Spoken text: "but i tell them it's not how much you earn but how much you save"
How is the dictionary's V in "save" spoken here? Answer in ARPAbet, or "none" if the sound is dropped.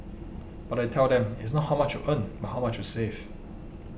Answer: F